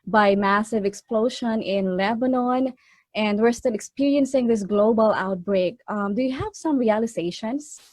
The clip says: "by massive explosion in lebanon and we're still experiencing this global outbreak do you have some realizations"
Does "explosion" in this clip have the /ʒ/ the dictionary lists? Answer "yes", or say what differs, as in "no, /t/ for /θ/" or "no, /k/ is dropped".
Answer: no, /ʃ/ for /ʒ/